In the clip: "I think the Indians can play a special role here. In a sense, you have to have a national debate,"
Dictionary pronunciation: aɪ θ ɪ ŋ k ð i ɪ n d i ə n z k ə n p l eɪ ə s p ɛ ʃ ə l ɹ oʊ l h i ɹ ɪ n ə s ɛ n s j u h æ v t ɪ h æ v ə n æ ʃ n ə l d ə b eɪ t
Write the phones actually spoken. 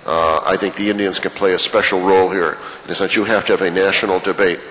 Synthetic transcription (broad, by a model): aɪ θ ɪ ŋ k ð i ɪ n d i ə n z k ə n p l eɪ ə s p ɛ ʃ l ɹ oʊ l h i ɹ ɪ n ə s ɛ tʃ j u h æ f t ɪ v ə n æ ʃ n l d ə b eɪ t